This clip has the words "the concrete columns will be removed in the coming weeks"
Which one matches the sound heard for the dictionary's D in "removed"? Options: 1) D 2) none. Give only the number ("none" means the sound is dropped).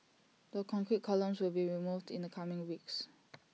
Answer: 1